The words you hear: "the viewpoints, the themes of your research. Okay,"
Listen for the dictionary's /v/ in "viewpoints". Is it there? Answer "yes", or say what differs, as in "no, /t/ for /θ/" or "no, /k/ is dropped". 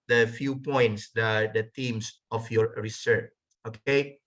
no, /f/ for /v/